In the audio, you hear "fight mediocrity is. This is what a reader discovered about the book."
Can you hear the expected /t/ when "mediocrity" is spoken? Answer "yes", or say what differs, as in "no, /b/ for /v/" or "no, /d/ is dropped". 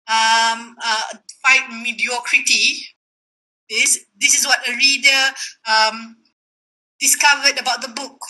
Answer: yes